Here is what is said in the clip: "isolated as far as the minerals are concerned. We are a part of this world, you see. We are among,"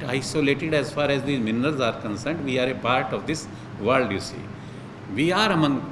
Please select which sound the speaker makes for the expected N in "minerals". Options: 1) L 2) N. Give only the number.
2